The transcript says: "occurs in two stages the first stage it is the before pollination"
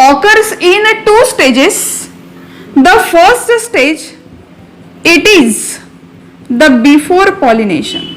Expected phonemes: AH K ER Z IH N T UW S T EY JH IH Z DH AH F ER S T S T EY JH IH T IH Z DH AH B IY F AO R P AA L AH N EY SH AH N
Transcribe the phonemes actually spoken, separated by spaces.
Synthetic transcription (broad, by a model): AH K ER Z IH N T UW S T EY JH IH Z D AH F ER S T S T EY JH IH T IH Z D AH B IY F AO R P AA L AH N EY SH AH N